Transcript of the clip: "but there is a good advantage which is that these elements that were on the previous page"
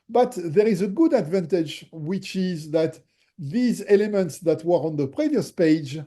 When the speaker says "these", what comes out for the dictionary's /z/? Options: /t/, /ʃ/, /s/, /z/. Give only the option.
/z/